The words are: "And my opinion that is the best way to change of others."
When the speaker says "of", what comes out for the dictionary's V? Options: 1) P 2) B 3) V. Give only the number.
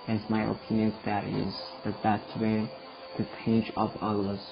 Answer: 1